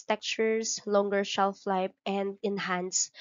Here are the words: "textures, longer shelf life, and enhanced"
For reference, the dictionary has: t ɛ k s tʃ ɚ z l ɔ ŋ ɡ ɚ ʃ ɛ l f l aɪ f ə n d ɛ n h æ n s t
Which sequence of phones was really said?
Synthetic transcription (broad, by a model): t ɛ k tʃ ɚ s l ɔ ŋ ɡ ɚ ʃ ɛ l f l aɪ p ə n d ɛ n h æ n s